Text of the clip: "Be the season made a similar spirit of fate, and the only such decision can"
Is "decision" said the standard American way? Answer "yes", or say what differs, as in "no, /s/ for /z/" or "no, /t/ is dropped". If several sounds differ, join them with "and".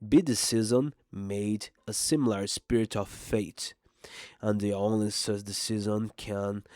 no, /z/ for /ʒ/